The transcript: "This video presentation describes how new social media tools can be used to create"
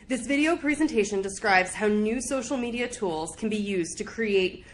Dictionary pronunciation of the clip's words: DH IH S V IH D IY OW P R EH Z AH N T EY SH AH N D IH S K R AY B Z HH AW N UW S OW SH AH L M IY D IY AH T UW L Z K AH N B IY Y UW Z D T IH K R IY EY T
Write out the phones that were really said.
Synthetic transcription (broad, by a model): DH IH S V IH D IY OW P R EH Z AH N T EY SH AH N D IH S K R AY B Z HH AW N UW S OW SH L M IY D IY AH T UW L Z K N B IY Y UW Z T IH K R IY EY T